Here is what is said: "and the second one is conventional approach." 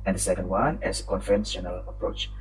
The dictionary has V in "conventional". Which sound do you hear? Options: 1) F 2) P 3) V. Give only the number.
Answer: 1